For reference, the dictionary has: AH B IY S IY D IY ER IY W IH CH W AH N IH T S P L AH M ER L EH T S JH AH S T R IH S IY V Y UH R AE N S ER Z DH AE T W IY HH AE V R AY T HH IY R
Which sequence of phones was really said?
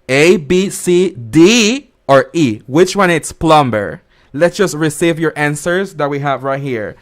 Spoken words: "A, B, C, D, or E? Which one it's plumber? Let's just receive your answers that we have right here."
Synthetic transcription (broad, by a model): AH B IY S IY D IY ER IY W IH CH W AH N IH T S P L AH M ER L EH T S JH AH S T R IH S IY V Y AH R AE N S ER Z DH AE T W IY HH AE V R AY T HH IY R